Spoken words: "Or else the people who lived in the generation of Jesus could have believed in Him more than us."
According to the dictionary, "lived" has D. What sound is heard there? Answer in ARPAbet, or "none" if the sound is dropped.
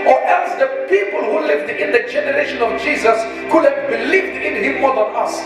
D